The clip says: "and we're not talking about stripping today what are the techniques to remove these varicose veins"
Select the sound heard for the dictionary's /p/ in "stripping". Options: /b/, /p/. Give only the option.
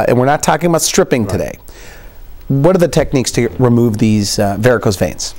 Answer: /p/